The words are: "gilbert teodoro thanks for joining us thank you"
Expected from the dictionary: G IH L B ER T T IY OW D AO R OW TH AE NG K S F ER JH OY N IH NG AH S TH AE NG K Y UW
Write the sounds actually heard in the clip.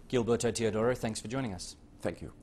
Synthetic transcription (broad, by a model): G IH L B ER T T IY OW D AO R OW TH AE NG K S F ER JH OY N IH NG AH S TH AE NG K Y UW